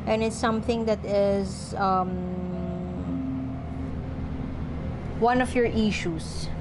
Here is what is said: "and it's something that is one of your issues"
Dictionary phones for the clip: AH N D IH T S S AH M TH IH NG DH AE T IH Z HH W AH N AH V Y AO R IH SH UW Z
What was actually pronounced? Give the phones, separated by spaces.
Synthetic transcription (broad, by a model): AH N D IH T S S AH M TH IH NG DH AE T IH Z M W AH N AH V Y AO R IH SH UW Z